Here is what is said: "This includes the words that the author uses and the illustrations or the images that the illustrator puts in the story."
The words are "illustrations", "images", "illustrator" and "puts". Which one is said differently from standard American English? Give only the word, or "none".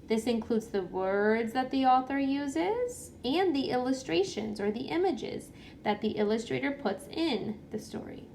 none